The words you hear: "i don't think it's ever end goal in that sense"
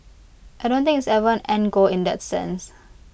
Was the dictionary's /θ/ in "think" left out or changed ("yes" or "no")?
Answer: yes